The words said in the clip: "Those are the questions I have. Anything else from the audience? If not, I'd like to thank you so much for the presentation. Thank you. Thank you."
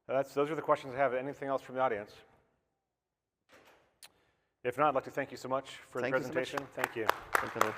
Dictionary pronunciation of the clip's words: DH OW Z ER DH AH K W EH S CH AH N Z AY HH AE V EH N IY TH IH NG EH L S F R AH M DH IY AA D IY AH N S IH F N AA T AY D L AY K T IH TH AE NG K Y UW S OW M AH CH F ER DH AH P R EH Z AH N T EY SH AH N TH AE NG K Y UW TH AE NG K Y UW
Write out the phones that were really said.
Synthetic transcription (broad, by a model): DH OW Z ER DH AH K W EH S CH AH N Z AY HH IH V EH N IY TH IH NG EH L S F R AH M DH IY AA D IY AH N S IH F N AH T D L AY K T IH TH AE NG K Y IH S OW M AH CH F ER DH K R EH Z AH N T EY SH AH N TH AE NG K Y UW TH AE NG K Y